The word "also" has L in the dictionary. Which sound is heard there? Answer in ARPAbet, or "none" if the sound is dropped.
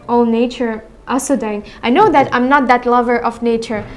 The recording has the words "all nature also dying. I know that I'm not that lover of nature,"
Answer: none